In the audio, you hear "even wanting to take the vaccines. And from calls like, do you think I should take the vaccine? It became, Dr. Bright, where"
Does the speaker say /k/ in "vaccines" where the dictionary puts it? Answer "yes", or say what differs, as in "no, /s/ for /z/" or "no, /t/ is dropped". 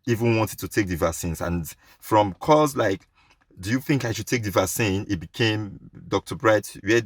no, /k/ is dropped